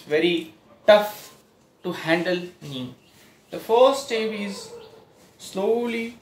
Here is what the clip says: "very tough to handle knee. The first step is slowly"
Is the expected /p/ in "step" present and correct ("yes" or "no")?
no